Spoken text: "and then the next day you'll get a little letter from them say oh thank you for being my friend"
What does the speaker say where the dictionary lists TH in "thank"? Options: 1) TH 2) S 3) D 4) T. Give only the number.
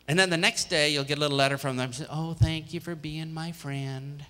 1